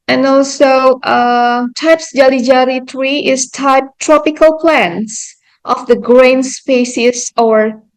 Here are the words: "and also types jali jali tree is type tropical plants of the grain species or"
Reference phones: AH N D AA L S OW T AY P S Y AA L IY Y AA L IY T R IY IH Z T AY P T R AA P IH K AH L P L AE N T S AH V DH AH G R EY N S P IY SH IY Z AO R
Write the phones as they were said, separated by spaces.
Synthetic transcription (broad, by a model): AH N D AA L S OW T AY P S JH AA L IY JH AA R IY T R IY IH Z T AY P T R AA P IH K AH L P L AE N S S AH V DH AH G R EY N S P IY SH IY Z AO R